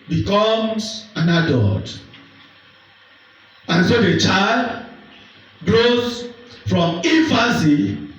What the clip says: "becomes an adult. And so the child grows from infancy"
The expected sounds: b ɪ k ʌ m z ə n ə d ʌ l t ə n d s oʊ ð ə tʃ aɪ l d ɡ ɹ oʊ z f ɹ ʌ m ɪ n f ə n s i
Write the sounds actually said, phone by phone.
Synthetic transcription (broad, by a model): b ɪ k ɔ m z ə n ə d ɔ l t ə n s oʊ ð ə tʃ aɪ l d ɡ ɹ oʊ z f ɹ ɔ m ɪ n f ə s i